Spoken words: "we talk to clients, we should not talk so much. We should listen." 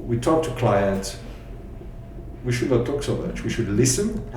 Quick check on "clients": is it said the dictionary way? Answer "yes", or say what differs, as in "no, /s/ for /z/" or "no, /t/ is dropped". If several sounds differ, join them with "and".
no, /s/ is dropped